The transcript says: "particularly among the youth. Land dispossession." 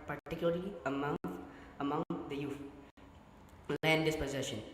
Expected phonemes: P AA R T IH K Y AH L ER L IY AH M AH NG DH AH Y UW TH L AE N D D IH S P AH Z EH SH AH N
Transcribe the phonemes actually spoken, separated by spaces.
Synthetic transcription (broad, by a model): P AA R T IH K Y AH L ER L IY AH M AH NG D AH Y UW F L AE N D D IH S P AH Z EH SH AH N